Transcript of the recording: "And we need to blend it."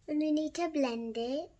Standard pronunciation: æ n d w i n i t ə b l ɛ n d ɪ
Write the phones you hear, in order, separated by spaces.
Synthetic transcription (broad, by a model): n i n i t ə b l ɛ n d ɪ